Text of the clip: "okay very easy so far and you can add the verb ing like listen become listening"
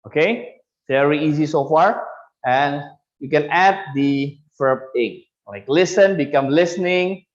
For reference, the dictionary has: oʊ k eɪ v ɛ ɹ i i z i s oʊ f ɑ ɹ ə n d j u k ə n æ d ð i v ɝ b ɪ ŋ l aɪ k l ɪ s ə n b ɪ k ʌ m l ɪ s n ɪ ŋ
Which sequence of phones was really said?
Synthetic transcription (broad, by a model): oʊ k eɪ v ɛ ɹ i i z i s oʊ f ɑ ɹ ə n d j u k ə n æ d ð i f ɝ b ɪ ŋ l aɪ k l ɪ s ə n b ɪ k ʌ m l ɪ s n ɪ ŋ